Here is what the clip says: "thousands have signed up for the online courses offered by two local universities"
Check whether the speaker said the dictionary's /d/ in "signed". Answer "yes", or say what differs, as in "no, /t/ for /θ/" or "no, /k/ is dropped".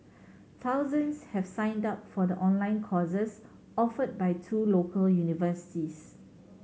yes